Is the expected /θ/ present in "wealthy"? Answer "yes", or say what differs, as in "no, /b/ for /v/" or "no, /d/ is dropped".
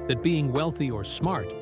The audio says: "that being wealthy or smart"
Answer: yes